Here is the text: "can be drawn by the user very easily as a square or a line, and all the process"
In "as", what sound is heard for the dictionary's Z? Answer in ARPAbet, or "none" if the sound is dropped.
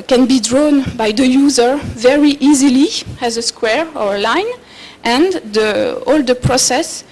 Z